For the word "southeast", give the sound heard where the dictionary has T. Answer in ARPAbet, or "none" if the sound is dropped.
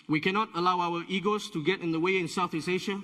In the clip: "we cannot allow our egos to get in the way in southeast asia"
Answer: none